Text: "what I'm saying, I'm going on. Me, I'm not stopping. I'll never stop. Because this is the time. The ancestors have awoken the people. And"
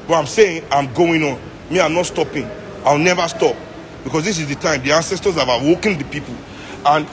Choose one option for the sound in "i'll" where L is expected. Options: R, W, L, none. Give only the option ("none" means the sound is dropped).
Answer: W